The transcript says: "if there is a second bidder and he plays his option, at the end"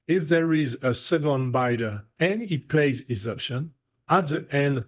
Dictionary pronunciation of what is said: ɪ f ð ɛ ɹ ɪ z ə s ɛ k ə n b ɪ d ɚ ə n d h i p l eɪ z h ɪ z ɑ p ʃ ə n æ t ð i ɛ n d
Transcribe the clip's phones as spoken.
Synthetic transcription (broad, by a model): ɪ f ð ɛ ɹ ɪ z ə s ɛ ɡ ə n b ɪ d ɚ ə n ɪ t p l eɪ z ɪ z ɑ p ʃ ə n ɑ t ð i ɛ n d